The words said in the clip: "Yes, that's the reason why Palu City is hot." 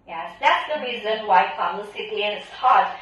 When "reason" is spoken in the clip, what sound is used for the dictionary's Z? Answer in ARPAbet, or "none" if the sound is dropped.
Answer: Z